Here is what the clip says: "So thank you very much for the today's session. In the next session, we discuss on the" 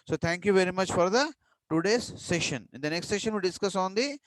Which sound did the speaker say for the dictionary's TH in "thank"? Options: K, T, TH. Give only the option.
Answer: T